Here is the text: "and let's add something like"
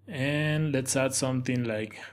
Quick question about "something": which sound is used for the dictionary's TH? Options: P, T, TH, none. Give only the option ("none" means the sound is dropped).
T